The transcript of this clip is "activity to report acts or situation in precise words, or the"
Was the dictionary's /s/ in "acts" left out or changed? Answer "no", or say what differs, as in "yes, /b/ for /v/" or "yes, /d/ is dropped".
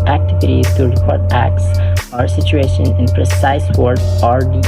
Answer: no